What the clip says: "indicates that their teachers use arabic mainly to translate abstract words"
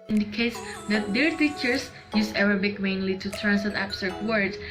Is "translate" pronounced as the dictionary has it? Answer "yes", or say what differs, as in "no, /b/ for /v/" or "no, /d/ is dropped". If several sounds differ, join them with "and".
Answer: no, /l/ is dropped